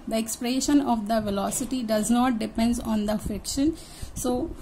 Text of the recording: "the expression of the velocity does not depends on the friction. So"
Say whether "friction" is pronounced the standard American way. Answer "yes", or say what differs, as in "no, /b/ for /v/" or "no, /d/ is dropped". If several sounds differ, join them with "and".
no, /ɹ/ is dropped